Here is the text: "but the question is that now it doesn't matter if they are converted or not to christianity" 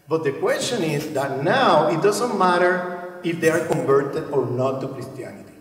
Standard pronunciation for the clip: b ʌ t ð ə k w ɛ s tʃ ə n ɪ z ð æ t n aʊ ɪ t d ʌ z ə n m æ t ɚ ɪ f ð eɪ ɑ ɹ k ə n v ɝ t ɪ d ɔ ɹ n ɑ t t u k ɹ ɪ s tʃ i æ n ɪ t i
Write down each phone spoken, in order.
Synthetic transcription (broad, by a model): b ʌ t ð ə k w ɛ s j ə n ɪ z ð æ t n aʊ ɪ t d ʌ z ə n m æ t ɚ ɪ f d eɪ ɑ ɹ k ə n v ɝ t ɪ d ɔ ɹ n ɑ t t u k ɹ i s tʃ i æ n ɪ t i